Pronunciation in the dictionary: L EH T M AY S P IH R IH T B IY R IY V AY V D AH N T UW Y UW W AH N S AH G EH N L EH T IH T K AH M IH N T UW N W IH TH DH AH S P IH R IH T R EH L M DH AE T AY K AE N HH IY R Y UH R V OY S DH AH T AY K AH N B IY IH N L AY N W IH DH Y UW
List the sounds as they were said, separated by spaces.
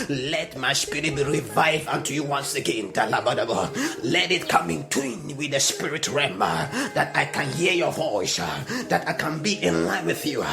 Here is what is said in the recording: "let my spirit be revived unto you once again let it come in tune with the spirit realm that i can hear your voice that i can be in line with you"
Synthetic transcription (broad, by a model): L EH T M AY S P IH R IH T B IY R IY V AY V AH N T UW Y UW W AH N S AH G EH N L EH T IH T K AH M IH N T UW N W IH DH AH S P IH R IH T R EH M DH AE T AY K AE N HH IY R Y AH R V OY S DH AH T AY K AH N B IY IH N L AY N W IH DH Y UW